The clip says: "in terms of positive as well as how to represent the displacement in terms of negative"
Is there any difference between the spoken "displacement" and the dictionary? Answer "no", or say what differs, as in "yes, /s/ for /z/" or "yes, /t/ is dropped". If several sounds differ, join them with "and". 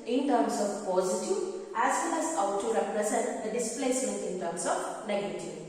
yes, /m/ is dropped